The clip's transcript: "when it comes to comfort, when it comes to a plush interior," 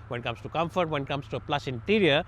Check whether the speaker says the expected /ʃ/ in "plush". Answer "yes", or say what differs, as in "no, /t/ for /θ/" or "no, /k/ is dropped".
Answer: no, /s/ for /ʃ/